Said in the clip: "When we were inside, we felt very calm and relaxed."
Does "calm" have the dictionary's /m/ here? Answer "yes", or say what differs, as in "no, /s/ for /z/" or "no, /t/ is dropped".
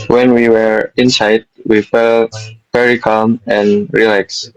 yes